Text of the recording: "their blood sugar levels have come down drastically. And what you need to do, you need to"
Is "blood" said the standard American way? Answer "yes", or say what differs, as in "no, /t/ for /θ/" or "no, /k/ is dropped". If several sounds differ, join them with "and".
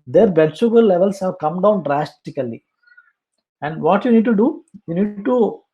no, /l/ is dropped